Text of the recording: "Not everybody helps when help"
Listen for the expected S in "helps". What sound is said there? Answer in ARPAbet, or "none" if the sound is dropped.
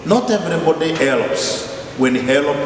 S